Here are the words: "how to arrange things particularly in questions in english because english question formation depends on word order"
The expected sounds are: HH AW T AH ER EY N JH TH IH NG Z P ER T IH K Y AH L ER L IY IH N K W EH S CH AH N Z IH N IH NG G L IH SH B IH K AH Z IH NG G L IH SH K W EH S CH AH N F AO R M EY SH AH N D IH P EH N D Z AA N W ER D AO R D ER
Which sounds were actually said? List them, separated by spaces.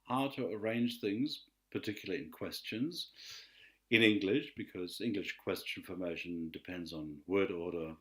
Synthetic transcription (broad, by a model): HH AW T AH ER EY N JH TH IH NG Z P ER T IH K Y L L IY IH N K W EH S CH AH N Z IH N IH NG G L IH SH B IH K AH Z IH NG G L IH SH K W EH S CH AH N F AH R M EY SH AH N D IH P EH N D Z N W ER D AO R D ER